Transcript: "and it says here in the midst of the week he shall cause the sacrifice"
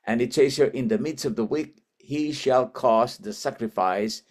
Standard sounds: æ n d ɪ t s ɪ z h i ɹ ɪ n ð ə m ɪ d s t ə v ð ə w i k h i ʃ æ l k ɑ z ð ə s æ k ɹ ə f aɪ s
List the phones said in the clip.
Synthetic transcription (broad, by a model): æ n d ɪ t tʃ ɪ s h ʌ ɹ ɪ n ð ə m ɪ d s t ə v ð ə w i k h i ʃ æ l k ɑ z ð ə s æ k ɹ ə f aɪ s